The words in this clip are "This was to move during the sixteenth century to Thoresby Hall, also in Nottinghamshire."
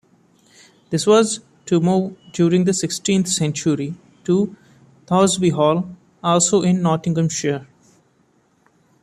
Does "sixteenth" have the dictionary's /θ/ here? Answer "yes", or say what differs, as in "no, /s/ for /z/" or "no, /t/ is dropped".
no, /t/ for /θ/